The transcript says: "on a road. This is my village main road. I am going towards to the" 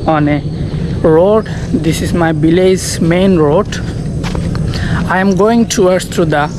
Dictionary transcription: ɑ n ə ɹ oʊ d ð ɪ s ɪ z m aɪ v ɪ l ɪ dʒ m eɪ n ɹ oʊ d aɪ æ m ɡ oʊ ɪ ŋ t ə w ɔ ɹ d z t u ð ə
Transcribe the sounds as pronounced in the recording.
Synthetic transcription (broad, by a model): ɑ n ə ɹ oʊ d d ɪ s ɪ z m aɪ b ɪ l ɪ z m eɪ n ɹ oʊ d aɪ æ m ɡ oʊ ɪ ŋ t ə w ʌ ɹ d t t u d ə